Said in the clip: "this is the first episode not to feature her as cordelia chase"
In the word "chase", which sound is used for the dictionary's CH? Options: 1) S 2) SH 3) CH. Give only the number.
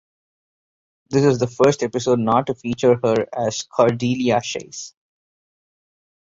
2